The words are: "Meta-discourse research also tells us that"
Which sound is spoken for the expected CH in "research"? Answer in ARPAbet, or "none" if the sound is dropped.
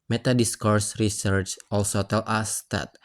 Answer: CH